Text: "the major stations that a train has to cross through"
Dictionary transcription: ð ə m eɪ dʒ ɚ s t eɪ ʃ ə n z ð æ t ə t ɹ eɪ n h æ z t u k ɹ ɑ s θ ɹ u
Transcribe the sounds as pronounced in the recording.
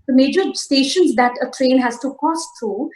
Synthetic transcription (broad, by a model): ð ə m eɪ dʒ ɚ s t eɪ ʃ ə n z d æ t ə t ɹ eɪ n h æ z t u k ɑ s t ɹ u